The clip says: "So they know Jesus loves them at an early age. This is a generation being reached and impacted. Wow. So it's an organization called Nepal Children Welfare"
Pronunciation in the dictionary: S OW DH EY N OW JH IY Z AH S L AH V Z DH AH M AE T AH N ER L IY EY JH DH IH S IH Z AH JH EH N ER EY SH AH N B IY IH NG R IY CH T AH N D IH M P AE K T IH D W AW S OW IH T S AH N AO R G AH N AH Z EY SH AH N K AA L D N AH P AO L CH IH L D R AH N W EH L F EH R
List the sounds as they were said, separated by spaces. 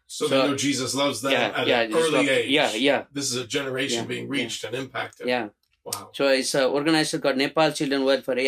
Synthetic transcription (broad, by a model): S OW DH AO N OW JH IY Z AH S L AH V Z DH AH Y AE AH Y ER L IY EY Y DH IH S IH Z AH JH EH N ER EY SH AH N B IY IH NG R IY CH T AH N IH M P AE K T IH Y W AW S OW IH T S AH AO R G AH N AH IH S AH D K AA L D N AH P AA L CH IH L D R AH N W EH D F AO R